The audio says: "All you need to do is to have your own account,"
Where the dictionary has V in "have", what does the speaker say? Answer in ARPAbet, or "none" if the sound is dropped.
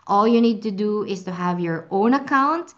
V